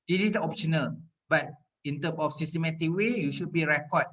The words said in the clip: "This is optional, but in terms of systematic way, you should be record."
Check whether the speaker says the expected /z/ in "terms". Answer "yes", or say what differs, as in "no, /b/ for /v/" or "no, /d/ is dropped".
no, /z/ is dropped